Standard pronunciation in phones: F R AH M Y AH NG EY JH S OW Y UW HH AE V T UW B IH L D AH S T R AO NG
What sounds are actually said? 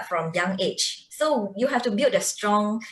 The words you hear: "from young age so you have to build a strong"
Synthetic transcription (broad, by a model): F R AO M Y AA NG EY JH S OW Y UW HH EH F T UW B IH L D AH S T R AO NG